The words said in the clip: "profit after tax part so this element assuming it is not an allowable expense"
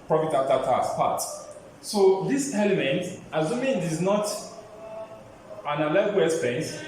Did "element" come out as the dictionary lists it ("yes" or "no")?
yes